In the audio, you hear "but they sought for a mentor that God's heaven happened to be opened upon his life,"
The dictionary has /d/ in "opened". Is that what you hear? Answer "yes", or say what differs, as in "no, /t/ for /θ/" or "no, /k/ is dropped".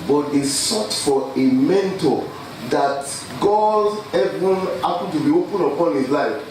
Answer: no, /d/ is dropped